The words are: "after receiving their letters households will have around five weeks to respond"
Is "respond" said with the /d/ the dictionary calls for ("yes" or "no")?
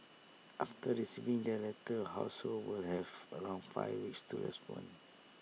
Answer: no